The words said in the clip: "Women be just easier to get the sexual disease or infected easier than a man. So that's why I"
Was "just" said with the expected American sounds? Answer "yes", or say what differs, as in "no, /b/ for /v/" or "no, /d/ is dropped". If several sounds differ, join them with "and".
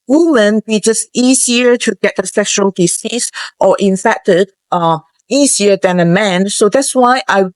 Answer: yes